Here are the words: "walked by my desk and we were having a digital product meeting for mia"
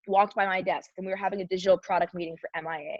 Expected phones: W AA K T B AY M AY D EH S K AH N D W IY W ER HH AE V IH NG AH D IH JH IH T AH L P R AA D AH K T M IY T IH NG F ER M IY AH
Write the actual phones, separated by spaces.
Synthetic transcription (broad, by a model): W AA K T B AY M AY D EH S K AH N W IY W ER HH AE V IH NG AH D IH JH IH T L P R AA D AH K T M IY T IH NG F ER M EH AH